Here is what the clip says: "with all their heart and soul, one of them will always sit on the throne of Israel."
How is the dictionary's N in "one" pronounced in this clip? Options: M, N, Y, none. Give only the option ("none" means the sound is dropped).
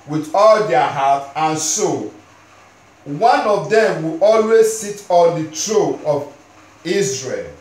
N